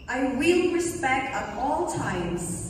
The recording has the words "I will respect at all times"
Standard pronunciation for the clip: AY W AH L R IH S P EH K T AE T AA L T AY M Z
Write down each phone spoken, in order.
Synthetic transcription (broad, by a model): AY W AH L R IH S P EH K T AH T AA L T AY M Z